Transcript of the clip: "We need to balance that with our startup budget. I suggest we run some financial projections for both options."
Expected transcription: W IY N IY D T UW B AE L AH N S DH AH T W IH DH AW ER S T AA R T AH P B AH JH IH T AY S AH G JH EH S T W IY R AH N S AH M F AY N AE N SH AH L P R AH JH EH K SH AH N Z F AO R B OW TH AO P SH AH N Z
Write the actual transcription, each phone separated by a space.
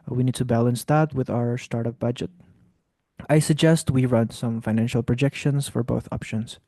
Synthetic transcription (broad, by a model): W IY N IY D T UW B AE L AH N S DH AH T W IH DH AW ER S T AA R T AH P B AH JH IH T AY S AH G JH EH S T W IY R AH N S AH M F AY N AE N SH AH L P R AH JH EH K SH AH N S F AO R B OW TH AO P SH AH N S